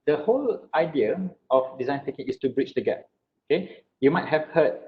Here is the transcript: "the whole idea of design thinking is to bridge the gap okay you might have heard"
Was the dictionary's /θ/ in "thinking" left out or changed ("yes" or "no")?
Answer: yes